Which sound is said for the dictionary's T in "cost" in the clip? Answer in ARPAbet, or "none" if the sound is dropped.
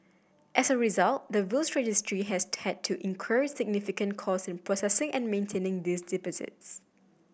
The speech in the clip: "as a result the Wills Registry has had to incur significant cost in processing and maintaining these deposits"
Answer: none